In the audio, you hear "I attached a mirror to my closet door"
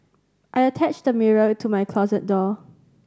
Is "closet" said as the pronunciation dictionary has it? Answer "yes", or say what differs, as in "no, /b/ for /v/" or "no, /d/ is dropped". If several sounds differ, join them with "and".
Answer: yes